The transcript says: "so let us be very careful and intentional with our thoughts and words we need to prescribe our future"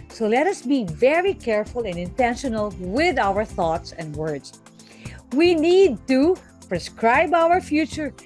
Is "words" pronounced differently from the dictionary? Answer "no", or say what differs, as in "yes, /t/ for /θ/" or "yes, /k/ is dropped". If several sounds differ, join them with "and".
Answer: yes, /s/ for /z/